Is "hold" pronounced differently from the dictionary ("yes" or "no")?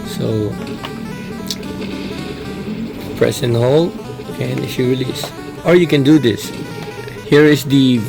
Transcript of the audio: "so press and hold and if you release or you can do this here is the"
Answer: yes